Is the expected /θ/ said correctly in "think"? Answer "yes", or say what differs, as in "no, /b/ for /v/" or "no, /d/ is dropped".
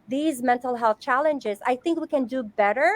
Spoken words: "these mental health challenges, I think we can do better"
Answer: yes